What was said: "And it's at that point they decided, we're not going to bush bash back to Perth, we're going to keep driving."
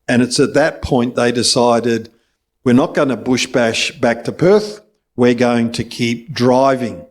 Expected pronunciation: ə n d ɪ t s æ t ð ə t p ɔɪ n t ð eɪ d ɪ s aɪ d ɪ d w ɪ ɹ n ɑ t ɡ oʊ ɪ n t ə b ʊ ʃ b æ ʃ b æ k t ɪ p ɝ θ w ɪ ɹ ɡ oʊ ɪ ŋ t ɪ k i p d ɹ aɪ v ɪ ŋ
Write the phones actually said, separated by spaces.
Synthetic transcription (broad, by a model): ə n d ɪ t s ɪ t ð ə t p ɔɪ n ð eɪ d ɪ s aɪ d ɪ d w ɪ ɹ n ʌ t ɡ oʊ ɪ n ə b ʊ ʃ b æ ʃ b æ k t ɪ p ɝ θ w ɪ ɹ ɡ oʊ ɪ ŋ t ɪ k i p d ɹ aɪ v ɪ ŋ